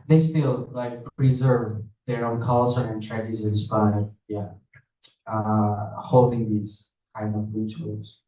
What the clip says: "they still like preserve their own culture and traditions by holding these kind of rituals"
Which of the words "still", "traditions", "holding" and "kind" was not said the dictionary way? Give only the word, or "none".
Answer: traditions